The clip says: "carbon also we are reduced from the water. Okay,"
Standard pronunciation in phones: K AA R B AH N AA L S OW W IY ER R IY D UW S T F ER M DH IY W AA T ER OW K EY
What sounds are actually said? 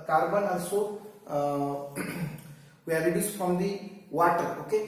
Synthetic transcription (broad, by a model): K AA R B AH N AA S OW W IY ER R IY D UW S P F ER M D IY W AA T ER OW K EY